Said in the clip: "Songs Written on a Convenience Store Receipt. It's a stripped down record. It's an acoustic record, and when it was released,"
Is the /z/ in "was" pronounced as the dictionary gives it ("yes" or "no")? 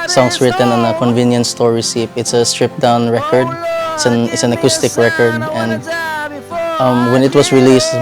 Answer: no